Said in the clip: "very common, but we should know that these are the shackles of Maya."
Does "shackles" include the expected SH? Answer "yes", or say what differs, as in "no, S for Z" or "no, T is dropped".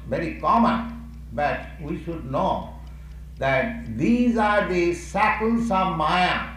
no, S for SH